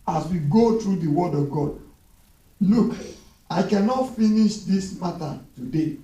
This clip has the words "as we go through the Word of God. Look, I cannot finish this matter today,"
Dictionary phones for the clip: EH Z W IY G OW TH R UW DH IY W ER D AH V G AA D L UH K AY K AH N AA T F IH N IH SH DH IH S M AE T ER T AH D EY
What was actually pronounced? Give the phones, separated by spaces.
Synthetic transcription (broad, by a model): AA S W IY G OW T R UW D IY W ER D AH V G AA D L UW K AY K AH N AA T F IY N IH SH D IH S M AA T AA T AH D EY